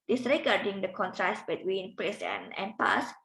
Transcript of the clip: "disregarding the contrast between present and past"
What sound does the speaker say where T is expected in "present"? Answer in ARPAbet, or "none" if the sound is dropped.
none